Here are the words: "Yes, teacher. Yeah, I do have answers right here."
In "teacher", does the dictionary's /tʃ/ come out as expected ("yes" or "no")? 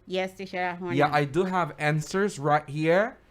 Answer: no